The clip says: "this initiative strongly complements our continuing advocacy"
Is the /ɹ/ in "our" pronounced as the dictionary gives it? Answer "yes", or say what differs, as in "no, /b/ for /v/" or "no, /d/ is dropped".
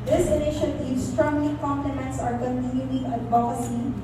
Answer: yes